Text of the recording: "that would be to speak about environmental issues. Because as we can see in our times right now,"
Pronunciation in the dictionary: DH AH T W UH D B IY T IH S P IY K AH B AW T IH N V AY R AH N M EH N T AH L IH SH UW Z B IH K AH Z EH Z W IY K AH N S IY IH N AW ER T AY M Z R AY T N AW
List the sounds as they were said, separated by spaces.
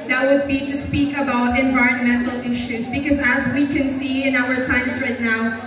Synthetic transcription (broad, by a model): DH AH T W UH D B IY T IH S P IY K AH B AW T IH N V AY R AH N M EH N T L IH SH UW Z B IH K AH Z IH Z W IY K AH N S IY IH N AW ER T AY M Z R AY T N AW